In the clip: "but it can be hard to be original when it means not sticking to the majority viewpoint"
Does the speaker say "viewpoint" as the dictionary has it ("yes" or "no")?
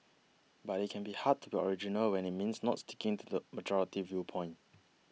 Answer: yes